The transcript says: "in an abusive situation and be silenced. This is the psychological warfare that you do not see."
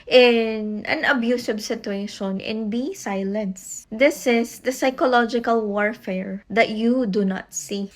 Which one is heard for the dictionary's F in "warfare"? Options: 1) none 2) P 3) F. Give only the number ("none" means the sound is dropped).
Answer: 3